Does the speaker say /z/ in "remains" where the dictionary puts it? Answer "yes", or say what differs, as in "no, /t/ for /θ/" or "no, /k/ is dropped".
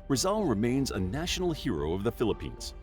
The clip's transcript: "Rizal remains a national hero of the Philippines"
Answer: yes